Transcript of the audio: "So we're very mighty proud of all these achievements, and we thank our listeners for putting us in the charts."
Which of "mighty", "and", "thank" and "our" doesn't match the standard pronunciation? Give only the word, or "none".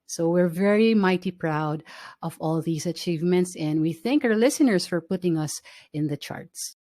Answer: none